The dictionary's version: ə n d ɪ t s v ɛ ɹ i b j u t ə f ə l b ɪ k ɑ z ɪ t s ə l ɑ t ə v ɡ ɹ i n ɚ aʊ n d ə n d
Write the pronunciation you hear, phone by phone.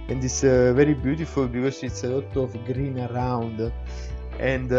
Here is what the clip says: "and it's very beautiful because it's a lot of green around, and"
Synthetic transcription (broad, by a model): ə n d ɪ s v ɛ ɹ i b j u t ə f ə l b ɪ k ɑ s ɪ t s ə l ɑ t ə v ɡ ɹ i n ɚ aʊ n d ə n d